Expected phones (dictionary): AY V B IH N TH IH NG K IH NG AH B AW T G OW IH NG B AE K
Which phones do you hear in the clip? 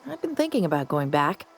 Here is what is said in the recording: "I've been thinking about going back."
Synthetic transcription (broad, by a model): AY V B IH N TH IH NG K IH NG AH B AW T G OW IH NG B AE K